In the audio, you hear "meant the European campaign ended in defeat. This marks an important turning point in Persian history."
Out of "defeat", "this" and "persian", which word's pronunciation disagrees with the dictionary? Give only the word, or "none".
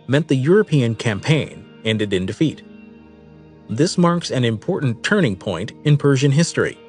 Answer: none